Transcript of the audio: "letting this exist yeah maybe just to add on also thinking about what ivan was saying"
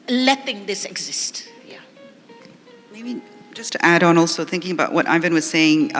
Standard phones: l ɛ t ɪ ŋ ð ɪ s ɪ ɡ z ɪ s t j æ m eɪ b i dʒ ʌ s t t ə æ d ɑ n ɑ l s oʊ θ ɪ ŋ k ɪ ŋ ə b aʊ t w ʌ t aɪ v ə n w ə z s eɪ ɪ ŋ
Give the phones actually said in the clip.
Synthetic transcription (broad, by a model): l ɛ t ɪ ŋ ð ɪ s ɪ ɡ z ɪ s t j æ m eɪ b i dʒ ʌ s t t æ d n ɑ l s oʊ θ ɪ ŋ k ɪ ŋ ə b aʊ t w ʌ t aɪ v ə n w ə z s eɪ ɪ ŋ